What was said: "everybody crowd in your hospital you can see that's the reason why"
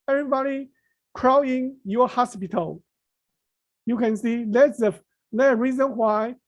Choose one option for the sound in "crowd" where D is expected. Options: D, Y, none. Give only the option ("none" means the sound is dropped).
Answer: none